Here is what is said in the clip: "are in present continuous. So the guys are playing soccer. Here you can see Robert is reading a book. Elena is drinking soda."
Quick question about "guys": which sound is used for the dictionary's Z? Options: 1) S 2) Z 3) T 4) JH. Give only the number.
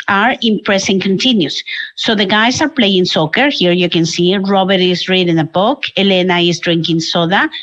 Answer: 1